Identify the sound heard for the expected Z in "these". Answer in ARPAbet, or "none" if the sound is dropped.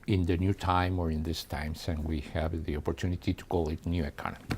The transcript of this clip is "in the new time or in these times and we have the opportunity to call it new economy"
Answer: S